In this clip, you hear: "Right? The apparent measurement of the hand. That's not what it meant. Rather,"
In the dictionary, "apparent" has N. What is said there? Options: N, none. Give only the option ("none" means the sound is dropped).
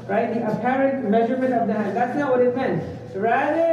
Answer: N